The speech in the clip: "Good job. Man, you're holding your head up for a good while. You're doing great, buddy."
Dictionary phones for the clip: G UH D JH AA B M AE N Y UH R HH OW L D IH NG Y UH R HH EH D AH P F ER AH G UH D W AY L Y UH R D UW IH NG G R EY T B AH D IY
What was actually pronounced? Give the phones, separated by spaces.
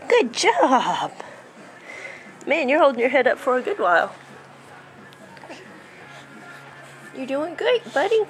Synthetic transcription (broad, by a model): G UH D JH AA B M AE N Y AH R HH OW L D IH NG Y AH R HH EH D AH P F ER AH G UH D W AY L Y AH R D UW IH NG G UH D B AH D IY